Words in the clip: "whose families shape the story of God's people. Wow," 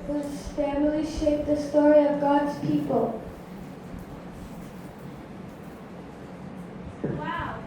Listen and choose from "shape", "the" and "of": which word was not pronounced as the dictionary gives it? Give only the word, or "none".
none